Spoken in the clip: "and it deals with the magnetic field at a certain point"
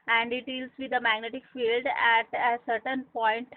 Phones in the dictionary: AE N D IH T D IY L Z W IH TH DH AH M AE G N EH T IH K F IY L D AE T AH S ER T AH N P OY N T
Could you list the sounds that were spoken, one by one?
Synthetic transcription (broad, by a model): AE N D IH T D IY L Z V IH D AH M AE G N EH T IH K F IY L D AE T AH S ER T AH N P OY N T